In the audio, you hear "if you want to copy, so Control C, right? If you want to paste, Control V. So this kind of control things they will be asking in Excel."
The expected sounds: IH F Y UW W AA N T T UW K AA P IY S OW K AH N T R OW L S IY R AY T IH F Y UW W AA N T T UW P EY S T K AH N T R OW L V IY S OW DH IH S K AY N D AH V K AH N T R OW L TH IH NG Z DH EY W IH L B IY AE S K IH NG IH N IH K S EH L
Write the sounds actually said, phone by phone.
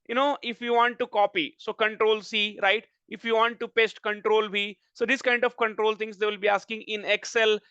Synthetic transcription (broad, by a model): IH F Y UW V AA N T T UW K AA P IY S OW K AH N T R OW L S IY R AY T IH F Y UW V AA N T T UW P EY S T K AH N T R OW L B IY S OW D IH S K AY N D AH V K AH N T R OW L T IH NG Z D EY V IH L B IY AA S K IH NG IH N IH K S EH L